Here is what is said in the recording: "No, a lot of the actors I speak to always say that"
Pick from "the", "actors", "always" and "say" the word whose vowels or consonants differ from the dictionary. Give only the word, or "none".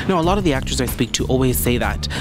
none